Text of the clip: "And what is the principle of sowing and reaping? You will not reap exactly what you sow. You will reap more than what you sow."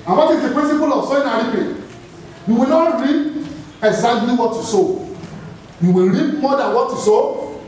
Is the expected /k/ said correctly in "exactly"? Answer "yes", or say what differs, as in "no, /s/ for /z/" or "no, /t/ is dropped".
no, /k/ is dropped